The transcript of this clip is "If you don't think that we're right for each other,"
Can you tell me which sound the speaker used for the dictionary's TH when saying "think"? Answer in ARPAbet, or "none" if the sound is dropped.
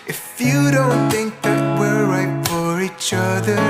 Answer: TH